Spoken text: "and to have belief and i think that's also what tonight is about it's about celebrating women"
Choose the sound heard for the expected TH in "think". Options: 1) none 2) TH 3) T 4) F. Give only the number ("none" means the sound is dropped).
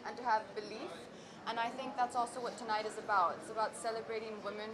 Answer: 2